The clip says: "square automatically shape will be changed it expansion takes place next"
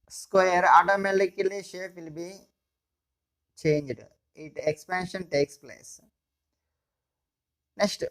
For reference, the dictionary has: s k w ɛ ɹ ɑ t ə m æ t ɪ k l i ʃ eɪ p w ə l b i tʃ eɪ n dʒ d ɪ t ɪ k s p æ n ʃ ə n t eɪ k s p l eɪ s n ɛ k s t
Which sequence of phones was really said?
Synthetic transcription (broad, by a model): s k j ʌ ɹ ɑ t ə m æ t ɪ k l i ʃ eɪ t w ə l b i tʃ eɪ n dʒ d ɪ t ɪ k s p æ n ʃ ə n t eɪ k s p l eɪ s n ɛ k s t